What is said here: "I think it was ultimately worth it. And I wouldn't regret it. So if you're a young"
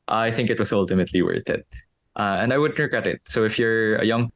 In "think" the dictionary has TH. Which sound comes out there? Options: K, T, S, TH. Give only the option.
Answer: TH